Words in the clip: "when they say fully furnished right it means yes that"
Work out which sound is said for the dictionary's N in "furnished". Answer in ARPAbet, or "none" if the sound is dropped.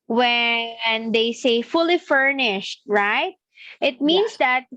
N